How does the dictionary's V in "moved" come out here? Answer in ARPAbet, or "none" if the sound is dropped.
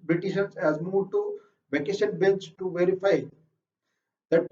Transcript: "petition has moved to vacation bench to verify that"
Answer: none